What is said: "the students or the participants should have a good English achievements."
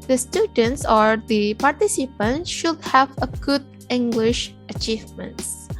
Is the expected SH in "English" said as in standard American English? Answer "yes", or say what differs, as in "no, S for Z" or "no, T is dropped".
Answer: yes